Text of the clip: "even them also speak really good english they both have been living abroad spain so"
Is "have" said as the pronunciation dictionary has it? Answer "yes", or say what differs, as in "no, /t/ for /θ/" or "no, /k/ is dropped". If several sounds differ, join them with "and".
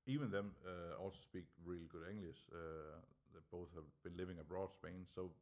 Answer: yes